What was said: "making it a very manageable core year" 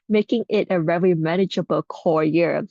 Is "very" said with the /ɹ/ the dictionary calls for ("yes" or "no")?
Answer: no